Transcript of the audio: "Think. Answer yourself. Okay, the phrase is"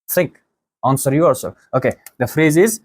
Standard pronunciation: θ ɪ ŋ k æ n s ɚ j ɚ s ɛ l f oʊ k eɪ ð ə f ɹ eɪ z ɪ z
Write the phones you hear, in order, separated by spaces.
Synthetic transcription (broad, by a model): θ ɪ ŋ k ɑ n s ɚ j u ɔ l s oʊ k eɪ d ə f ɹ eɪ z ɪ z